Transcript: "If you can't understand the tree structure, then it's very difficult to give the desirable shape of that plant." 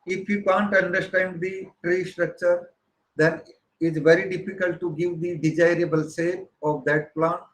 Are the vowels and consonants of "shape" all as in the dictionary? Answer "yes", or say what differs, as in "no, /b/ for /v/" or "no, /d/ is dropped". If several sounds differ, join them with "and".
no, /s/ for /ʃ/